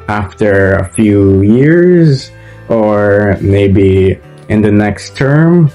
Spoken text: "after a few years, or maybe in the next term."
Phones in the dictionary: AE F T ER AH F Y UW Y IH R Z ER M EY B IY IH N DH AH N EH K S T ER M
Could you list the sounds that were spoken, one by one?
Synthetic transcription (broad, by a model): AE F T ER AH F Y UW Y IH R Z ER M EY B IY IH N DH AH N EH K S T ER M